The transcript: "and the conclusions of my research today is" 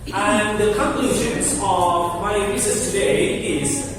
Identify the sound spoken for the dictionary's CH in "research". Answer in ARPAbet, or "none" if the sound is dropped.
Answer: S